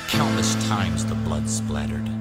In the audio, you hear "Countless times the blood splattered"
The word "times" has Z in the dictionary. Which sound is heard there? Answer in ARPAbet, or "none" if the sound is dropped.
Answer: Z